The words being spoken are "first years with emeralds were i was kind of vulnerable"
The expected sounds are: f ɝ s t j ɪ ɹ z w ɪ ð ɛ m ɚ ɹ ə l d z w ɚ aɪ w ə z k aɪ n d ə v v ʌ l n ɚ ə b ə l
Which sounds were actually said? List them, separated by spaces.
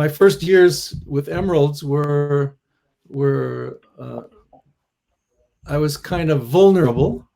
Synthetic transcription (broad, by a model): f ɝ s t j ɪ ɹ z w ɪ ð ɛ m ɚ ɹ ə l d z w ɚ aɪ w ə z k aɪ n d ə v v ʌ l n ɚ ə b l